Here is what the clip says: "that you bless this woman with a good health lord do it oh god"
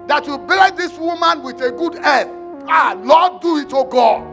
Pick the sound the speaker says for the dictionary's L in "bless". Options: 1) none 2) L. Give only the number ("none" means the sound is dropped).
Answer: 1